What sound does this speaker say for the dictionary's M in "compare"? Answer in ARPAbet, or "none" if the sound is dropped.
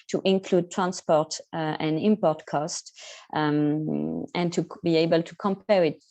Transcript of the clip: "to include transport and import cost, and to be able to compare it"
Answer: M